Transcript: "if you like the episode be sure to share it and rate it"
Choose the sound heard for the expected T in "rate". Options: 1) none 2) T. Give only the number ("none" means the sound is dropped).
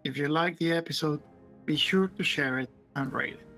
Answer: 1